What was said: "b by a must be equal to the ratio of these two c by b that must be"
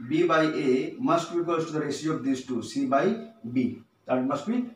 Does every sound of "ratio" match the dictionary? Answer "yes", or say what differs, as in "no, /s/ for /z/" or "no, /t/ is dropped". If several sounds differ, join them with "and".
no, /s/ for /ʃ/